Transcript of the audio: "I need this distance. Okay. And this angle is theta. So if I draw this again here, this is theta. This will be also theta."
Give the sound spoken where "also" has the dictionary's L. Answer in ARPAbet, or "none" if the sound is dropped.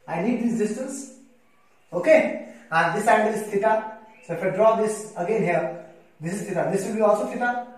L